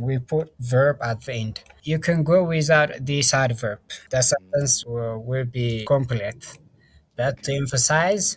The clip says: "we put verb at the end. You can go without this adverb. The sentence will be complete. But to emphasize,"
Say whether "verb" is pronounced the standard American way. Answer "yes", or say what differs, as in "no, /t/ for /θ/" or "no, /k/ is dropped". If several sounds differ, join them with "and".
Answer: yes